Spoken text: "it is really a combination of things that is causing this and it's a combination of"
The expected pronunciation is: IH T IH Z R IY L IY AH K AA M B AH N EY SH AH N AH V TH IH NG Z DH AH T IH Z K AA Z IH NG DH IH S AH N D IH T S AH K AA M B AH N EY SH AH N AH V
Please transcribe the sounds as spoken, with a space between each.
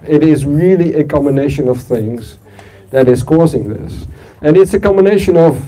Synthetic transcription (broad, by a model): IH T IH Z R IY L IY AH K AA M B AH N EY SH AH N AH V TH IH NG Z DH AH T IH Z K AA Z IH NG DH IH S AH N IH T S AH K AA M B AH N EY SH AH N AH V